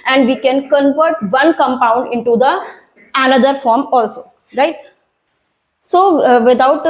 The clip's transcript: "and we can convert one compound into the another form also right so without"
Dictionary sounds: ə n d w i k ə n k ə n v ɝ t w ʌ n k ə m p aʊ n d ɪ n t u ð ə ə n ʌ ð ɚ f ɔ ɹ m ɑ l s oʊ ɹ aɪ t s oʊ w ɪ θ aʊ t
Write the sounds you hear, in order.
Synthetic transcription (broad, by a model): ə n d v i k ə n k ə n v ɝ t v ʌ n k ə m p aʊ n d ɪ n t u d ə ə n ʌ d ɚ f ɔ ɹ m ɑ l s oʊ ɹ aɪ t s oʊ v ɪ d aʊ t